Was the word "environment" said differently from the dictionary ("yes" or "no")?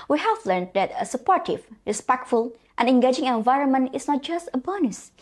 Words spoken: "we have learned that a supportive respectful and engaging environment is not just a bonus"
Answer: no